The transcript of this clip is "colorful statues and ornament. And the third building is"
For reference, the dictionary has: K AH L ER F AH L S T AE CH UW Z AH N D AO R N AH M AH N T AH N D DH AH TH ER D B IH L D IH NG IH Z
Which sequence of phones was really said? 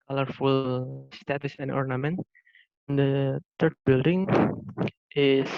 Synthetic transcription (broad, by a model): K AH L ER F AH L S T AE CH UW S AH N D AO R N AH M AH N T AH N D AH T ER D B IH L D IH NG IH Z